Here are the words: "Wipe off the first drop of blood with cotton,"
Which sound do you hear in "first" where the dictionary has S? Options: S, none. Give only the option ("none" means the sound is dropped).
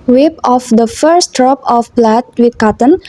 S